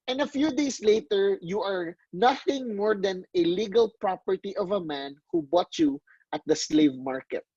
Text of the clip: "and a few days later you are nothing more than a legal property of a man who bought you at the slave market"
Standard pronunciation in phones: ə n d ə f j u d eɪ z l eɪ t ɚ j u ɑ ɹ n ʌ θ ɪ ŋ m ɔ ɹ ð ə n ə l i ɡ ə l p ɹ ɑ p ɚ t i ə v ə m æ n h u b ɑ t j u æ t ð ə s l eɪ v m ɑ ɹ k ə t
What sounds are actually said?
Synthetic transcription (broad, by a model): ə n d ə f j u d eɪ s l eɪ t ɚ j u ɑ ɹ n ʌ θ ɪ ŋ m ɔ ɹ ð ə n ə l i ɡ ə l p ɹ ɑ p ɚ t i ə v ə m æ n h u b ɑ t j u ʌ t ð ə s l eɪ v m ɑ ɹ k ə t